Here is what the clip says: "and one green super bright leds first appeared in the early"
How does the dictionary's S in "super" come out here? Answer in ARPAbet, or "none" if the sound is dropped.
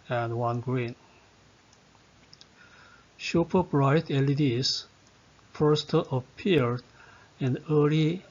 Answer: SH